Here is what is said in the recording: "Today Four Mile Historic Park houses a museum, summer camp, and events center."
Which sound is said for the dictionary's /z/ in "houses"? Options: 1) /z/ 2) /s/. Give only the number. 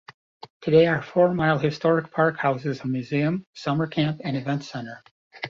1